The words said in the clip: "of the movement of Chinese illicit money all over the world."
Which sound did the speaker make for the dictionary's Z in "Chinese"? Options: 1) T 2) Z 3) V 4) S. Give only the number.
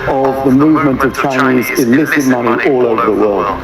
2